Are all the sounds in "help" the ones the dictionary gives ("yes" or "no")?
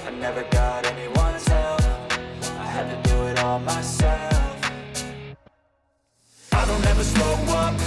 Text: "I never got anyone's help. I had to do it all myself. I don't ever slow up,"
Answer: no